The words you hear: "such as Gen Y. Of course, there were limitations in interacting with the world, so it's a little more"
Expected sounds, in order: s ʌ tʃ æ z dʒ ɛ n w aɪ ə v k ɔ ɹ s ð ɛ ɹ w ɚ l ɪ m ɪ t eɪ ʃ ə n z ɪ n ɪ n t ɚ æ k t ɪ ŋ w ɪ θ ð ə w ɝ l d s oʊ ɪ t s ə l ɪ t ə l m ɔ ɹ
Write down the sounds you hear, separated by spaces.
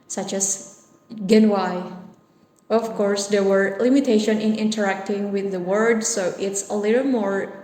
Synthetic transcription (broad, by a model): s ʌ tʃ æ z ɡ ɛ n w aɪ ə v k ɔ ɹ s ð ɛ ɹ w ɚ l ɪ m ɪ t eɪ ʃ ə n ɪ n ɪ n t ɚ æ k t ɪ ŋ w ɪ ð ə w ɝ d s oʊ ɪ t s ə l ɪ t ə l m ɔ ɹ